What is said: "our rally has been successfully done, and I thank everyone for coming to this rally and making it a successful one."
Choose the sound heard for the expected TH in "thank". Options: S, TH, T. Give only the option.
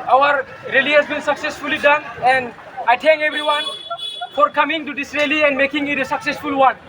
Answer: T